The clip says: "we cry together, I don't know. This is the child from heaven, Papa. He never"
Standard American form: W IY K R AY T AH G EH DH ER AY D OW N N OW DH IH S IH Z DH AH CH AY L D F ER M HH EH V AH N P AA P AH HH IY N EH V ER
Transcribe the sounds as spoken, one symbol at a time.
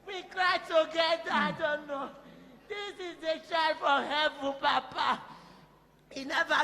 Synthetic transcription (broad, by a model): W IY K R AY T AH G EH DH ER AY D OW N N OW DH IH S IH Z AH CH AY D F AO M HH EH V AH N P AA P AH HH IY N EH V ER